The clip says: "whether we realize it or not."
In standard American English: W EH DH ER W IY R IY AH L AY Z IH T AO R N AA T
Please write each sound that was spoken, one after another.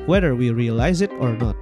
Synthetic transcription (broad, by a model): W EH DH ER W IY R IY AH L AY Z IH T AO R N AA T